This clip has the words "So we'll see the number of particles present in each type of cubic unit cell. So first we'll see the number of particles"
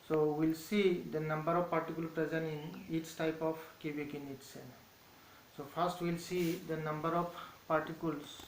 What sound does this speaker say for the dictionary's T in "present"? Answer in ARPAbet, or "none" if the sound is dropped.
none